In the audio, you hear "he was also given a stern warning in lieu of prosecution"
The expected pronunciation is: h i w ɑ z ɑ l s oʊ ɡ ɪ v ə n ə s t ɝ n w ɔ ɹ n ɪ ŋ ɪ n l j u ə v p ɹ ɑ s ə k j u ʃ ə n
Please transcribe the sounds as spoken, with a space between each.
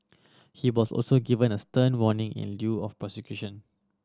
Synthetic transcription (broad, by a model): h i w ɑ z ɑ l s oʊ ɡ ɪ v ə n ə s t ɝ n w ɔ n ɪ ŋ ɪ n l j u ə f p ʌ s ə k j u ʃ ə n